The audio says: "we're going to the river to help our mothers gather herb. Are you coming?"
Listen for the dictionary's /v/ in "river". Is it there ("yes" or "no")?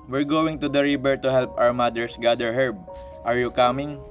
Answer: no